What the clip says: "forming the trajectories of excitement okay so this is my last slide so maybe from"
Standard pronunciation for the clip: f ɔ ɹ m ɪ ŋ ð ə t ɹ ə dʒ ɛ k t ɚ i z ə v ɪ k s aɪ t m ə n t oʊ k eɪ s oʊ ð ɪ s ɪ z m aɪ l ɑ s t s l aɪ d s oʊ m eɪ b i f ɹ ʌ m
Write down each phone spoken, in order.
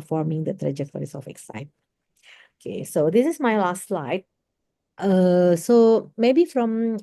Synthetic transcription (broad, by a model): f ɔ ɹ m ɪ ŋ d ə t ɹ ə dʒ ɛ k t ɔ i s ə f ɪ k s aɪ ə t oʊ k eɪ s oʊ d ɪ s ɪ s m aɪ l ɑ s t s l aɪ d s oʊ m eɪ b i f ɹ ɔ m